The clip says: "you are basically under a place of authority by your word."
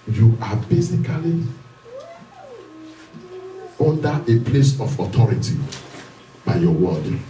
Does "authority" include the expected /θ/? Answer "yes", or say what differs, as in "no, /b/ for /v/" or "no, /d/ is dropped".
no, /t/ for /θ/